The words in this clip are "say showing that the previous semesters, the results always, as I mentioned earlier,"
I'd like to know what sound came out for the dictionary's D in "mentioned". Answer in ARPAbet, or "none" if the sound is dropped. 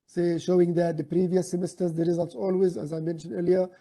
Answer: D